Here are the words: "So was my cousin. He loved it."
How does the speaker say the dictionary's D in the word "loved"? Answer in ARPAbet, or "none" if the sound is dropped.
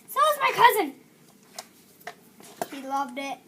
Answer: D